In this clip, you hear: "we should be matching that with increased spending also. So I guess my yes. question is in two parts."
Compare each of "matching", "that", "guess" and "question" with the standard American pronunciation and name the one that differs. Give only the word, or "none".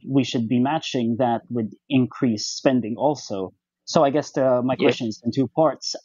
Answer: none